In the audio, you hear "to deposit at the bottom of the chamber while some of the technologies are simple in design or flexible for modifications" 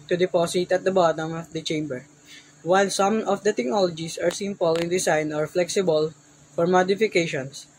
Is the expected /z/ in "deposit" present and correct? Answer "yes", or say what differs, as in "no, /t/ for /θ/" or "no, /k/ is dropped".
no, /s/ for /z/